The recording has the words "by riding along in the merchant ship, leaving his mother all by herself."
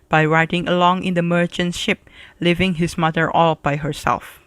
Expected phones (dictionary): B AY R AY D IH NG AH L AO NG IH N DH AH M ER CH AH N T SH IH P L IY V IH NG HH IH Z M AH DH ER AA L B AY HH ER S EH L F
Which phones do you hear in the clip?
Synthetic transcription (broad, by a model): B AY R AY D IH NG AH L AO NG IH N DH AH M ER CH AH N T SH IH P L IY V IH NG HH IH S M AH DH ER AA L B AY HH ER S EH L F